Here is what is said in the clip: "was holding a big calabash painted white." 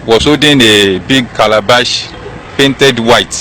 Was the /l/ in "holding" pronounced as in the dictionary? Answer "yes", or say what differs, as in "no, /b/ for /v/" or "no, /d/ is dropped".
no, /l/ is dropped